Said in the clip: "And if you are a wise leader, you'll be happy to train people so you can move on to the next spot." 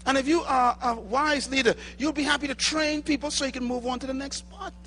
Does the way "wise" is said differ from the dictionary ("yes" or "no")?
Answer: no